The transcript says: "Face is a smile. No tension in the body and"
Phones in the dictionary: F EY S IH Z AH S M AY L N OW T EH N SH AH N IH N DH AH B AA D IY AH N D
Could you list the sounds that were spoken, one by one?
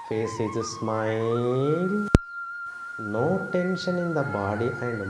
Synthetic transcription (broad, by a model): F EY S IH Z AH S M AY L N OW T EH N SH AH N IH N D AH B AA D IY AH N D